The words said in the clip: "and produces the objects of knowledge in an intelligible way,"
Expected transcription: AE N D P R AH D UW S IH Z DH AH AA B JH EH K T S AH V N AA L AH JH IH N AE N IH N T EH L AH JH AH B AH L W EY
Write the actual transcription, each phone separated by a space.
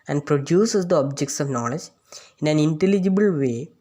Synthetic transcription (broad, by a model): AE N D P R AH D UW S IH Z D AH AA B JH EH K T S AH V N AA L AH JH IH N AE N IH N T EH L AH JH AH B AH L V EY